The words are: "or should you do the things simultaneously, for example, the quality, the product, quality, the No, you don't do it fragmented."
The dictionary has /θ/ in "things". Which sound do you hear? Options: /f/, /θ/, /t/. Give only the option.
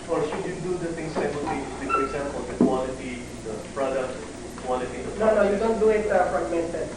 /t/